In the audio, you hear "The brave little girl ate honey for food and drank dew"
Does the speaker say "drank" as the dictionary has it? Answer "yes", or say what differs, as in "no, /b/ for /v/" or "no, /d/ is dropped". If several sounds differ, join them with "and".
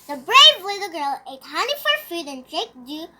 no, /ŋ/ is dropped